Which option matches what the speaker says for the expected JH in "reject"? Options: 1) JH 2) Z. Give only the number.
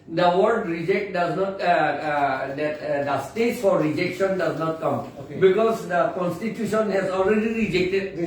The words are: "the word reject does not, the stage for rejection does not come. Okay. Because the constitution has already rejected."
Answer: 1